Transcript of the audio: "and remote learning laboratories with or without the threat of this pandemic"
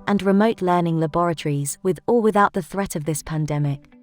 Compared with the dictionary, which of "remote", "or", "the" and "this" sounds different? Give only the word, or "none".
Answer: or